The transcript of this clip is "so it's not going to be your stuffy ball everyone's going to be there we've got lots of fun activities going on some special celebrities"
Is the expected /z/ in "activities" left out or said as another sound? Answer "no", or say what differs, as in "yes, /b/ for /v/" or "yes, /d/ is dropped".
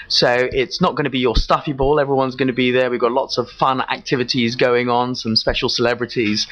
no